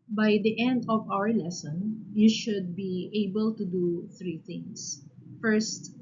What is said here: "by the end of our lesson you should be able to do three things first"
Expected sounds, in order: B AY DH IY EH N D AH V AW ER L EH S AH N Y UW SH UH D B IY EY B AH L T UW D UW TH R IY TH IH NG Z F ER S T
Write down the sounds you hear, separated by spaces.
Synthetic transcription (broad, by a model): B AY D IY EH N D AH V AW ER L EH S AH N Y UW SH UH D B IY EY B AH L T UW D UW TH R IY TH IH NG S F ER S T